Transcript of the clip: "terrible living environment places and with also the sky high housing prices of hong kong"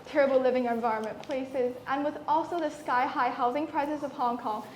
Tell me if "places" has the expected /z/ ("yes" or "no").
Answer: yes